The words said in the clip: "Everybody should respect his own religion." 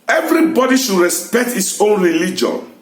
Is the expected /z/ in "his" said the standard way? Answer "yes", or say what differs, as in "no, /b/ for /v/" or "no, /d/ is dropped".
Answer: no, /s/ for /z/